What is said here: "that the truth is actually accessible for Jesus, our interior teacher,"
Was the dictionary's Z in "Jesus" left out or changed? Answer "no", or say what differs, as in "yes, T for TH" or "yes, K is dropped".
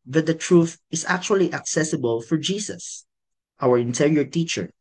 yes, S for Z